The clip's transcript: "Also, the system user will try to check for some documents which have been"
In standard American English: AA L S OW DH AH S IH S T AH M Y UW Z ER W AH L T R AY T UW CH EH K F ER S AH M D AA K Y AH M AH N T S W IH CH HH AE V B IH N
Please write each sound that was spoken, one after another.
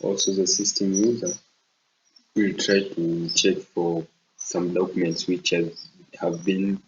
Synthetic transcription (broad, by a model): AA L S OW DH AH S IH S T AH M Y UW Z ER W AH L T R AY T UW CH EH K F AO S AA M D AA K Y AH M AH N T S W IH CH HH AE V B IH N